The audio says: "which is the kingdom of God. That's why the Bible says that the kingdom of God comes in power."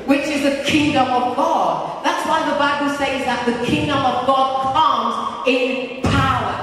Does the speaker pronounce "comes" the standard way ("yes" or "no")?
yes